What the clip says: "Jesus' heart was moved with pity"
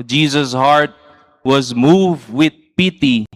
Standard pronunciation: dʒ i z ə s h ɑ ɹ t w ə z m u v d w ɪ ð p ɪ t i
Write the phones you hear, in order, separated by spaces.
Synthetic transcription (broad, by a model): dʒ i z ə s h ɑ ɹ t w ə z m u v d w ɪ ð p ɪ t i